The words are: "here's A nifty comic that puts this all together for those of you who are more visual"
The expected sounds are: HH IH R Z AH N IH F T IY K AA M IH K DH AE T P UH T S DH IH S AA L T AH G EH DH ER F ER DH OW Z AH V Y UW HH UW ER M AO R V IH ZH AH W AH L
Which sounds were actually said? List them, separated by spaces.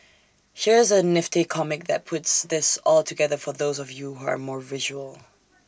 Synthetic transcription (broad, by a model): HH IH R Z AH N IH F T IY K AA M IH K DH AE T P UH T S DH IH S AA L T AH G EH DH ER F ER DH OW Z AH V Y UW HH UW ER M AO R V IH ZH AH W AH L